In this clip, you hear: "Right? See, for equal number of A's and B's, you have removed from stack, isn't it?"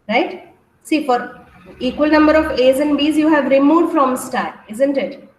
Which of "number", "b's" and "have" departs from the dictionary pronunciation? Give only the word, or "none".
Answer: none